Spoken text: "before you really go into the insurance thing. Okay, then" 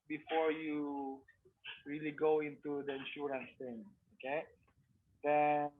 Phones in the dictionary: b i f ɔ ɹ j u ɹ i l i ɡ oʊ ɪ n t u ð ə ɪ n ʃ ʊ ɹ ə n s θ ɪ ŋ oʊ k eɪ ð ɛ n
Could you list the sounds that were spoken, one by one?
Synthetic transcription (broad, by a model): b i f ɔ ɹ j u ɹ i l i ɡ oʊ ɪ n t u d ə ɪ n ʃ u ɹ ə n s t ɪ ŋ oʊ k eɪ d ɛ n